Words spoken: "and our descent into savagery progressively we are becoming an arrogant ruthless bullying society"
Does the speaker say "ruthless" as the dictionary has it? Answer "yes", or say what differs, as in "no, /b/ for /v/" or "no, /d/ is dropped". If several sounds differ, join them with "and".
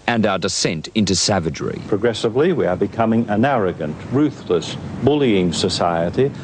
yes